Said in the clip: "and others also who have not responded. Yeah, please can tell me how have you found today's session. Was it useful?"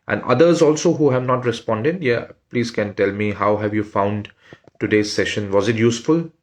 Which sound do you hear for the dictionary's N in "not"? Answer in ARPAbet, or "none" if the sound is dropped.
N